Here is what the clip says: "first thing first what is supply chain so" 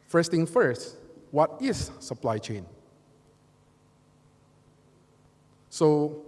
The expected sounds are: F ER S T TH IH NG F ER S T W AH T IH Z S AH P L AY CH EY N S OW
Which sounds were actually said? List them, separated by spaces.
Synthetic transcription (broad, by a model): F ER S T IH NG F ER S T W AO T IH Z S AH P L AY CH EY N S OW